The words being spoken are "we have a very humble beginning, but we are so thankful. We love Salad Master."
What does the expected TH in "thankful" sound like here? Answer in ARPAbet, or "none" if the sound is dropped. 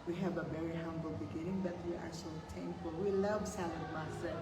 T